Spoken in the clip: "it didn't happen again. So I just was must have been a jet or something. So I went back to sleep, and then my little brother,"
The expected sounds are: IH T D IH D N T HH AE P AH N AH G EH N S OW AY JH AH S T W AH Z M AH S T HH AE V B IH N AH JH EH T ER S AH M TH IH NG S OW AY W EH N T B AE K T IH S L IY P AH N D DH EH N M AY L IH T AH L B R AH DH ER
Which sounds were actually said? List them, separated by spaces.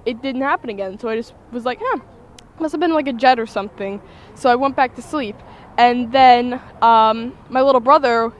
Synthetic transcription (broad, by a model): IH T D IH D N T HH AE P AH N AH G EH N S OW AY JH AH S T W AH Z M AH S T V B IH N AH JH EH T ER S AH M TH IH NG S OW AY W EH N B AE K T IH S L IY P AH N DH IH N M AY L IH T L B R AH DH ER